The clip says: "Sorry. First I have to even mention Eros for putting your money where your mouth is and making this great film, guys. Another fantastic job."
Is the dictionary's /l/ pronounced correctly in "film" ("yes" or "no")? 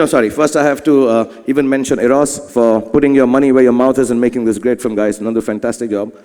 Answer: no